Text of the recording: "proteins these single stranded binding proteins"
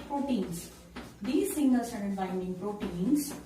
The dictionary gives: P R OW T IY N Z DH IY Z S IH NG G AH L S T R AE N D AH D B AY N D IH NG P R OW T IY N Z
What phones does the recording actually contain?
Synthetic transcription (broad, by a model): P R OW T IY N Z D IY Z S IH NG G AH L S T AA D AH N B AY N D IH NG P R OW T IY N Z